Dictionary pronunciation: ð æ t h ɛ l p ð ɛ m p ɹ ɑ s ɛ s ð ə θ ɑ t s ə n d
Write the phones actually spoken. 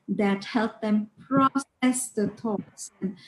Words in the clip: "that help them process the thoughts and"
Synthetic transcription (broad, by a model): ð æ t h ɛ l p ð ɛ m p ɹ ɑ s ɛ s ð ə t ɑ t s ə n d